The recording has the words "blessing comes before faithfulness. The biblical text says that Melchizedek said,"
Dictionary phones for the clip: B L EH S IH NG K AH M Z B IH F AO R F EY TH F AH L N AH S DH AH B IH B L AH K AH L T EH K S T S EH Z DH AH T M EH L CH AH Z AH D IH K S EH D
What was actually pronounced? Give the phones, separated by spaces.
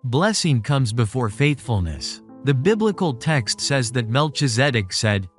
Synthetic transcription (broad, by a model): B L EH S IH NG K AH M Z B IH F AO R F EY TH F AH L N AH S DH AH B IH B L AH K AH L T EH K S T S EH Z DH AH T M EH L CH AH Z AH D IH K S EH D